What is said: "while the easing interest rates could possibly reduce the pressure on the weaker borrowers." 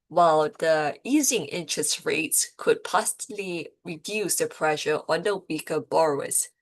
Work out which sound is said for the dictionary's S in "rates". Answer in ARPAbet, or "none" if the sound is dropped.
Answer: S